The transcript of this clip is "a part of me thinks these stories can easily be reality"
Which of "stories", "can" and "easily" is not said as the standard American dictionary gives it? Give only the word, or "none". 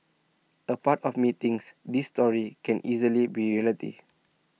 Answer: stories